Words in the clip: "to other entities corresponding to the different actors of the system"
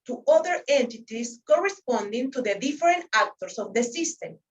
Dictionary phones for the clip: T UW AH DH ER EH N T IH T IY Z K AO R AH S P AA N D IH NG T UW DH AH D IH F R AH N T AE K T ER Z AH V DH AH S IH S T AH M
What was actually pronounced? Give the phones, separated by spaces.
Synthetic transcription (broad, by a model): T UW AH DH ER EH N T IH T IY S K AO R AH S P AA N D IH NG T UW DH AH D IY F R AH N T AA K T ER S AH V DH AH S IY S T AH M